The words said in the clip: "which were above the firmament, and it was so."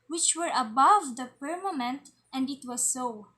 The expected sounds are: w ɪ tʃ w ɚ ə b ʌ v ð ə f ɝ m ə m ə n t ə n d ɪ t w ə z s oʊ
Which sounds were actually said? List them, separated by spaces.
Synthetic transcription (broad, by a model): w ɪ tʃ w ɚ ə b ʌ v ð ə p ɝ m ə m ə n t ə n d ɪ t w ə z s oʊ